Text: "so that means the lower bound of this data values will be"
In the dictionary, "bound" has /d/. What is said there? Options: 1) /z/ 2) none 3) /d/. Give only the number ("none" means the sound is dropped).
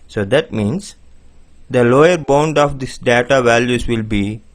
3